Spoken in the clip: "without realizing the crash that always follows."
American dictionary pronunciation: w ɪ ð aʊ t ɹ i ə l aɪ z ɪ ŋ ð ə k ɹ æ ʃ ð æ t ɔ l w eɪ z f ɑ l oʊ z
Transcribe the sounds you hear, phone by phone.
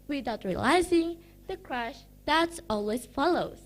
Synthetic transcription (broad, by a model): w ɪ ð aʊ t ɹ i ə l aɪ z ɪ ŋ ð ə k ɹ æ ʃ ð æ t ɔ l w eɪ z f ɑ l oʊ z